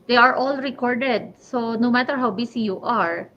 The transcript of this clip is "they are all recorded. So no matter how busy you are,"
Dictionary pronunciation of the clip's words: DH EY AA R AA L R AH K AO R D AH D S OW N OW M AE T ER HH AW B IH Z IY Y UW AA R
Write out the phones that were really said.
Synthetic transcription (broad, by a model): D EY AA R AA L R AH K AO R D AH D S OW N OW M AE T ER HH AW B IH S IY Y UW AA R